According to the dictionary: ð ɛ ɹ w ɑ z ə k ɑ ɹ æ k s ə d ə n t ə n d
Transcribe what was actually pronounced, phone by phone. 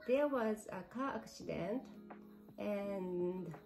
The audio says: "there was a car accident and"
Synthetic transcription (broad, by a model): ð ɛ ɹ w ɑ z ə k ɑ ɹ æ k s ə d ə n t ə n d